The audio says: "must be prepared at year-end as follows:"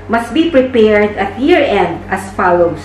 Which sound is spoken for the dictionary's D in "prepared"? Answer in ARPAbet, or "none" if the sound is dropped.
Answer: D